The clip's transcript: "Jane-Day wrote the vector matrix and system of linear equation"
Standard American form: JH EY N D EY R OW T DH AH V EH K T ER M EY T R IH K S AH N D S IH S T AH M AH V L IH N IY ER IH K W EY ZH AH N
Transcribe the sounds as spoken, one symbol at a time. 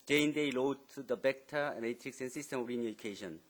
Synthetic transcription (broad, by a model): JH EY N D EY L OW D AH B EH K T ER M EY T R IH K S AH N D S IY S T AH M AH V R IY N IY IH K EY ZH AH N